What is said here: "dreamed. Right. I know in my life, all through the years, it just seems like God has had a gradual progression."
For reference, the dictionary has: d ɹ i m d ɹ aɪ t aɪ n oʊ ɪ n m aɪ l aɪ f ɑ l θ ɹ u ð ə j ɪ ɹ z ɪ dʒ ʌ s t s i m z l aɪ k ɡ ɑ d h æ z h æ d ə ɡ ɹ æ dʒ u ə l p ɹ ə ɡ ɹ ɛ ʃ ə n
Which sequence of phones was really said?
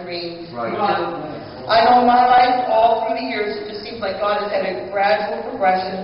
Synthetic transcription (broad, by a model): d ɹ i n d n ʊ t aɪ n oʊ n m aɪ l aɪ f ɑ l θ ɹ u ð ə j ɪ ɹ z ɪ dʒ ʌ s t s i m z l aɪ k ɡ ɑ d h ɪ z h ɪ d ə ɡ ɹ æ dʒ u l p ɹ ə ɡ ɹ ɛ ʃ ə n